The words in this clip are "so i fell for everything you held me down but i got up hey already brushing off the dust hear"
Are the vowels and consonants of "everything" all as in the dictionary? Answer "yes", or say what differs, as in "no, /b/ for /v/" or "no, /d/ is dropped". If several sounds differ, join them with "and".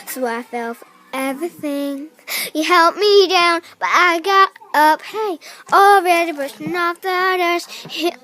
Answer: yes